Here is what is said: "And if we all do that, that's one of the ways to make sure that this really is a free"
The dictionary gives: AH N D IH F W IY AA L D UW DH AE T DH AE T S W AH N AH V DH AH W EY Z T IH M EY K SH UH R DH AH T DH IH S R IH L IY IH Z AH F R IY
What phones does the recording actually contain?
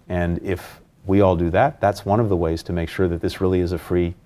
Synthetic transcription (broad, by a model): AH N IH F W IY AA L D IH DH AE T DH AE T S W AH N AH V DH AH W EY Z T IH M EY K SH UH R DH AH T DH IH S R IH L IY IH Z AH F R IY